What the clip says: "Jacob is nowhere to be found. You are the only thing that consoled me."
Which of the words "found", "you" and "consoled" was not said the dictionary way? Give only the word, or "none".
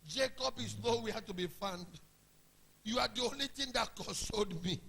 consoled